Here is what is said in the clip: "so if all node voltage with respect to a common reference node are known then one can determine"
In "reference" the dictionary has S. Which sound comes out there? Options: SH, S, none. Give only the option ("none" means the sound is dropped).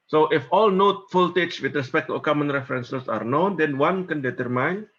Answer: S